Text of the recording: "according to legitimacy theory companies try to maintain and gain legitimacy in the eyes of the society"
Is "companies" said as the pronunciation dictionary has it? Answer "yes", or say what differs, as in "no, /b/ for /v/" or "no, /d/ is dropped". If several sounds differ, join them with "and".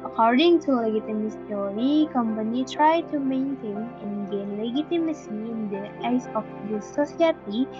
no, /z/ is dropped